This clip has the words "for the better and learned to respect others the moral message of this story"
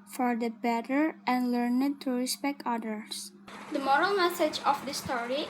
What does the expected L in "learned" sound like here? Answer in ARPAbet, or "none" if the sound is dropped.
L